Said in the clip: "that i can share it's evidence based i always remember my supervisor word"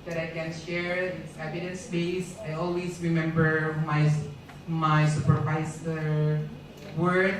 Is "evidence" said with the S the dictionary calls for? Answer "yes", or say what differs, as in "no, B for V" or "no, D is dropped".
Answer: yes